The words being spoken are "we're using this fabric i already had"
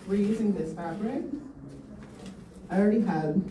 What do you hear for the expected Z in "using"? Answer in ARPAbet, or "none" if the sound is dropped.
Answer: Z